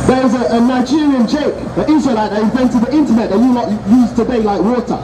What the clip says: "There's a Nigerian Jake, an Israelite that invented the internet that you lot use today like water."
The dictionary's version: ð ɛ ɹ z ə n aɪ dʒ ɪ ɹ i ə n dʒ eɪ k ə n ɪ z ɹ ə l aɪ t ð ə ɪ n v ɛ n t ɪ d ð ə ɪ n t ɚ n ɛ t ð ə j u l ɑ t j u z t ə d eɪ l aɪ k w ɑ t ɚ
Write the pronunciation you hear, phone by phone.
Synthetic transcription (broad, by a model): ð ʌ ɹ z ə n aɪ dʒ ɪ ɹ i ə n tʃ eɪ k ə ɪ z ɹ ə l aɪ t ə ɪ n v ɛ n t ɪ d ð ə ɪ n t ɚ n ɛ t ð ə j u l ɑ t j u z t ə d eɪ l aɪ k w ɑ t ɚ